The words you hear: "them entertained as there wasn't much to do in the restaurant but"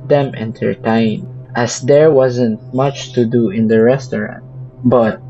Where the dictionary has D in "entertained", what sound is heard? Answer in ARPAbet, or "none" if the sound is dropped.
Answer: none